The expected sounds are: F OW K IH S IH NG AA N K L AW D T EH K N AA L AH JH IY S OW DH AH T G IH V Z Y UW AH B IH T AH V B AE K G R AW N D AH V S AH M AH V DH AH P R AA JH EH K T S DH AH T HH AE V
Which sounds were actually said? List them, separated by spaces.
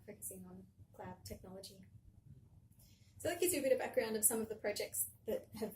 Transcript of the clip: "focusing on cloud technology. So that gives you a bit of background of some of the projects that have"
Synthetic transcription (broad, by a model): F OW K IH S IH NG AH N K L AW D T EH K N AA L AH JH IY S OW DH AH T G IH Z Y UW AH B IH T AH V B AE K G R AW N D AH V S AH M AH V DH AH P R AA JH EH K T S DH AH T HH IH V